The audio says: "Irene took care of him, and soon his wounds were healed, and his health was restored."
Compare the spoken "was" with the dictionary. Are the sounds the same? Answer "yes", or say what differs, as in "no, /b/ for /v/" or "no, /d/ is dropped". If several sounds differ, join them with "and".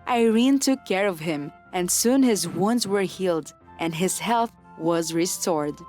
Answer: yes